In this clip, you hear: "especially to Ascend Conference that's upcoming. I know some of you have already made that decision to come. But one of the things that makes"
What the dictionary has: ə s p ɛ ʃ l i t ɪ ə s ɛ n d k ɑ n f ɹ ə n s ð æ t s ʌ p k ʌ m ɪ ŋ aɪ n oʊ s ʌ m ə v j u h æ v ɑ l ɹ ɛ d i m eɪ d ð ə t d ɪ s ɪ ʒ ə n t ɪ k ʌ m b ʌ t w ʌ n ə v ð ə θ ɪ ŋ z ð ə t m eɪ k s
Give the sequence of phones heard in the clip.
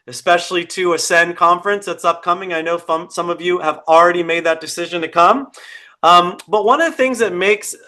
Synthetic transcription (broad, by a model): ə s p ɛ ʃ l i t ɪ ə s ɛ n k ɑ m f ɹ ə n s ð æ t s ʌ p k ʌ m ɪ ŋ aɪ n oʊ s ʌ m ə v j u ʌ v l ɹ ɛ d i m eɪ d ð ə t d ɪ s ɪ ʒ ə n t ɪ k ʌ m b ʌ t w ʌ n ə v ð ə θ ɪ ŋ z ð ə t m eɪ k s